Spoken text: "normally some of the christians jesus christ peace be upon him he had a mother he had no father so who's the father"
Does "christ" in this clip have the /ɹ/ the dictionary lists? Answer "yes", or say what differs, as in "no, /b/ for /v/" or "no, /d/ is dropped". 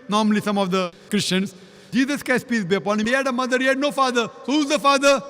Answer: no, /ɹ/ is dropped